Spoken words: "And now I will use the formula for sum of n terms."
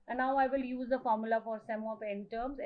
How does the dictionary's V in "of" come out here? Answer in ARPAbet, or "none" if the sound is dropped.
P